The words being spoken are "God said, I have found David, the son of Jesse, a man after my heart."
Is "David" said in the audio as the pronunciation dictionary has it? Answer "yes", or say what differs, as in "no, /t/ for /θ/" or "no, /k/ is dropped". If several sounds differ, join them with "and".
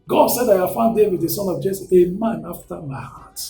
no, /w/ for /v/